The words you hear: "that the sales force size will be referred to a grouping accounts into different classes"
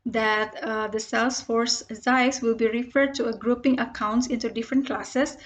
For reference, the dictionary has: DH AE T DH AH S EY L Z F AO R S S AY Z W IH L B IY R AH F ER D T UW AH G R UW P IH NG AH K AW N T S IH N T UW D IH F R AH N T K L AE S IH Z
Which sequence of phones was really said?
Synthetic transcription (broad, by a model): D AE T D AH S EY L S F AO R S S AY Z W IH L B IY R AH F ER D T UW AH G R UW P IH NG AH K AW N T S IH N T UW D IH F R AH N T K L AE S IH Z